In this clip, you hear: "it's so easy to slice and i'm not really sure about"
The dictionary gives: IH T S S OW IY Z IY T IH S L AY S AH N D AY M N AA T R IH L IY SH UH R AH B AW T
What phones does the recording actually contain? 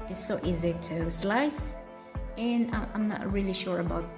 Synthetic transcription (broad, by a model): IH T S S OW IY Z IY T IH S L AY S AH N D AY M N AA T R IH L IY SH UH R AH B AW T